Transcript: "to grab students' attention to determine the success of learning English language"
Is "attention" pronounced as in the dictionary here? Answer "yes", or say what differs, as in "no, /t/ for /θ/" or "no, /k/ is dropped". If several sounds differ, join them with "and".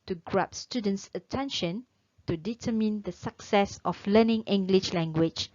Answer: yes